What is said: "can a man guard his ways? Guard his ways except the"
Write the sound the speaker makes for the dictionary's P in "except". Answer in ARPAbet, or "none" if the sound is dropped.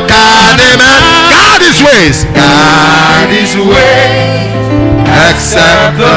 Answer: none